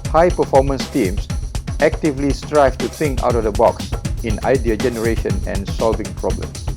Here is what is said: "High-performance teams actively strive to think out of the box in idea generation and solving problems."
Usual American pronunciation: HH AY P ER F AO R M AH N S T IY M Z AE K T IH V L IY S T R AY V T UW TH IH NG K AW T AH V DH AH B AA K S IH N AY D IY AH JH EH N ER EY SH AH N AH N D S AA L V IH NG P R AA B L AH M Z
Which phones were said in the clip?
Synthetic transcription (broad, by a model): HH AY P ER F AO M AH N S T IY M S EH K T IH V L IY S T R AY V T UW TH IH NG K AW T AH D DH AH B AA K S IH N AY D IY AH JH EH N ER EY SH AH N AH N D S AA L V IH NG P R AA B L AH M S